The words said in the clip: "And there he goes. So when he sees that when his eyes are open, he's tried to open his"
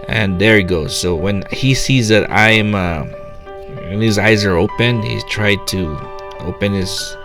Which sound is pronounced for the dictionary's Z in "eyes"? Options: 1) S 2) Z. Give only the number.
2